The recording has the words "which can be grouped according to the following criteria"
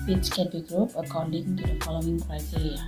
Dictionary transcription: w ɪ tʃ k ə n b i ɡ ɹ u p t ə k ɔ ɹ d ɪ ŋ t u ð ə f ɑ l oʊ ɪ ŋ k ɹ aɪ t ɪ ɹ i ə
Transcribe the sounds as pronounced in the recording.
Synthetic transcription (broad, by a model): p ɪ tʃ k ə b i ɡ ɹ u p ə k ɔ w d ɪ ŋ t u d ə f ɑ l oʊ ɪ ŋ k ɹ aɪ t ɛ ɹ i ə